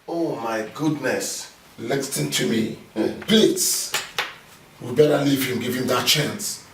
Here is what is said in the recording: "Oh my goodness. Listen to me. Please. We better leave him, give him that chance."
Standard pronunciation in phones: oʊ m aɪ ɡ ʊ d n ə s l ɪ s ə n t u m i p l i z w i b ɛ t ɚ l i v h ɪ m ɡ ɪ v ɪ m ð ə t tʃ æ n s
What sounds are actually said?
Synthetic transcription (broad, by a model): oʊ m aɪ ɡ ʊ d n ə s l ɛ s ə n t u m i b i s w i b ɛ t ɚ l i v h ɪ m ɡ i v ɪ m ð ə t tʃ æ n s